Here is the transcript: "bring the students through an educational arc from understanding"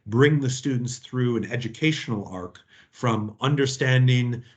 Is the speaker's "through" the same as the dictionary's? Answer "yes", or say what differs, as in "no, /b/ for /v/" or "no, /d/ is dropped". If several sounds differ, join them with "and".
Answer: yes